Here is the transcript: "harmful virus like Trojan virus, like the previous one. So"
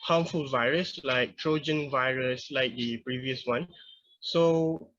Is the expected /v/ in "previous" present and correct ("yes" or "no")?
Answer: yes